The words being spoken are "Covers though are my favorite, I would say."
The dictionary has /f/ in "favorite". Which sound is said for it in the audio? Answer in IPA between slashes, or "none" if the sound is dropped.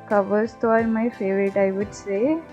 /f/